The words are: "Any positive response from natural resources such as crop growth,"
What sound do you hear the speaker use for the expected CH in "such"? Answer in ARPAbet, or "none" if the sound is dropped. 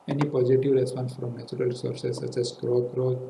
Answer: S